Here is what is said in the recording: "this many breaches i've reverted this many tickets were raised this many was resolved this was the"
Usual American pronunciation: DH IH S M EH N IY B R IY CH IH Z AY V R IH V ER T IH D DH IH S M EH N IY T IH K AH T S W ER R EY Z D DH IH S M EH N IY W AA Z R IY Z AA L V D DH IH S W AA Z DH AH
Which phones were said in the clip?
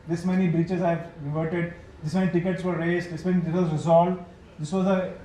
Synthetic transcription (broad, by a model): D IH S M EH N IY B R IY CH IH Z AY V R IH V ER T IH D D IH S M EH N IY T IH K AH T S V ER R EY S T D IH S M EH N IY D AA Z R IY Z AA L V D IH S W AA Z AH